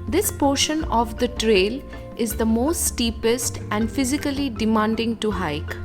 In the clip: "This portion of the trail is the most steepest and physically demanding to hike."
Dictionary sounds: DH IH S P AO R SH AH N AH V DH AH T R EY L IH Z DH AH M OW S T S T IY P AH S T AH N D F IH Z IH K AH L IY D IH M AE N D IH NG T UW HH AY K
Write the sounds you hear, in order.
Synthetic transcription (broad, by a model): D IH S P AO R SH AH N AH V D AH T R EY L IH Z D AH M OW S T S T IY P AH S T AH N D F IH Z IH K AH L IY D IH M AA N D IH NG T UW HH AY K